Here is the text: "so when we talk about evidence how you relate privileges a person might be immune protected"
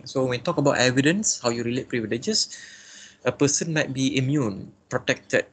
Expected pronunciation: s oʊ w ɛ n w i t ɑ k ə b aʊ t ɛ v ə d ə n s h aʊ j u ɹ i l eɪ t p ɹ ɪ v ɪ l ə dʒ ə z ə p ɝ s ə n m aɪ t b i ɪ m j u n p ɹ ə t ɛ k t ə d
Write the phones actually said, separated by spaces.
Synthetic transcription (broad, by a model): s oʊ w ɛ n t ɑ k ə b aʊ t ɛ v ə d ə n s h aʊ j u ɹ i l eɪ t p ɹ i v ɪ l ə dʒ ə s ə p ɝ s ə n m aɪ t b i ɪ m j u n p ɹ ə t ɛ k t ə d